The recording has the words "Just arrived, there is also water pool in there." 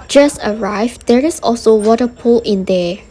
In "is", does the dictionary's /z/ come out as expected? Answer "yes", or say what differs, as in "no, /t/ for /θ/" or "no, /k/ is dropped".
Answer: no, /s/ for /z/